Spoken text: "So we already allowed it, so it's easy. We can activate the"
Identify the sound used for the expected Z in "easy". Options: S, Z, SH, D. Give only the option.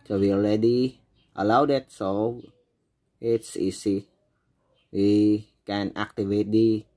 S